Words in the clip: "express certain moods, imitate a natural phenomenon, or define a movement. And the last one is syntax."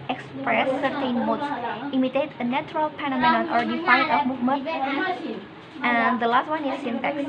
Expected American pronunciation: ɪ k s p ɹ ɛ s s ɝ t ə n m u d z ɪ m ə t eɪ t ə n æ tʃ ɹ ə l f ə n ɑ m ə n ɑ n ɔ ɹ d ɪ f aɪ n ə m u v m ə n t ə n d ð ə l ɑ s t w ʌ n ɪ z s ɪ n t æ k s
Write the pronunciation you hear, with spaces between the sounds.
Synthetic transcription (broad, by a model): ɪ k s p ɹ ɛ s s ɝ t ə n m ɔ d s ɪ m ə t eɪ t ə n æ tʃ ɹ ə l p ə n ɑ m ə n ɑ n ɔ ɹ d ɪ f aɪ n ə m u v m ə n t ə n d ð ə l ɑ s t w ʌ n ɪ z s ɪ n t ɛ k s